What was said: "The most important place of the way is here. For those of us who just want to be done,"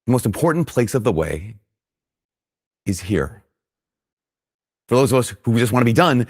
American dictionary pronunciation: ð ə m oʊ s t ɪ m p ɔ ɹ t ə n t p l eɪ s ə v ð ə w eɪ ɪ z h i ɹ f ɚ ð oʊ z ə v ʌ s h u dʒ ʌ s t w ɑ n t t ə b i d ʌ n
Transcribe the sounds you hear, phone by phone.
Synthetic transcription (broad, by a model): ð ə m oʊ s t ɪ m p ɔ ɹ t n p l eɪ s ə v ð ə w eɪ ɪ z h i ɹ f ɚ ð oʊ z ə v ʌ s h u dʒ ʌ s t w ɑ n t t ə b i d ʌ n